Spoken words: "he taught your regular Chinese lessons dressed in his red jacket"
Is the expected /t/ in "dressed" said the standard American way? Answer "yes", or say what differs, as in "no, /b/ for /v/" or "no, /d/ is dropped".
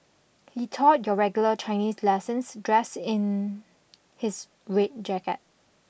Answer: no, /t/ is dropped